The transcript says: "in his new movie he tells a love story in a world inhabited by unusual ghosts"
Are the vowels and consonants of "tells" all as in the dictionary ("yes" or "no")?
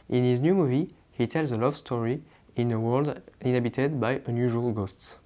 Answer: yes